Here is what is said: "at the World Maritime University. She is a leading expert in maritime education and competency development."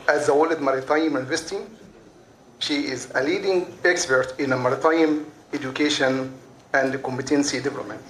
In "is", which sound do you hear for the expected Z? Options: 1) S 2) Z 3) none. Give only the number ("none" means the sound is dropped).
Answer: 2